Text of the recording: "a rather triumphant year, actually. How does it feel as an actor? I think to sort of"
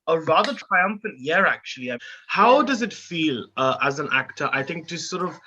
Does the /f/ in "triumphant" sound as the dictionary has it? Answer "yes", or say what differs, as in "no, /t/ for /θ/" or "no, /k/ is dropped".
yes